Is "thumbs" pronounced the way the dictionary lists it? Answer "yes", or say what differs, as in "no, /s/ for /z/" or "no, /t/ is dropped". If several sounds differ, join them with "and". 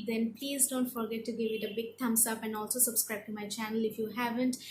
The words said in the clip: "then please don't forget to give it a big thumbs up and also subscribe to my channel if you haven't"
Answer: no, /t/ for /θ/ and /s/ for /z/